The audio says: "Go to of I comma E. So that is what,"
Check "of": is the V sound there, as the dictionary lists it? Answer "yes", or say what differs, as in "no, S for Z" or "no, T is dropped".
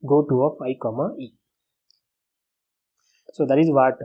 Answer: no, P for V